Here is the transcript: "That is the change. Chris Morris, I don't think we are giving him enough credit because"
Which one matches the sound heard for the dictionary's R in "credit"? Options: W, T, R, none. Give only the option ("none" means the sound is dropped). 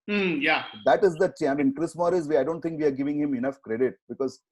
R